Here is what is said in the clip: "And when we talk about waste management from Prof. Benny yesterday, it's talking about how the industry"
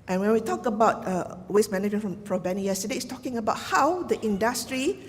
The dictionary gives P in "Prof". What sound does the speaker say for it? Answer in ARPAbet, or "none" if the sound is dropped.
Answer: F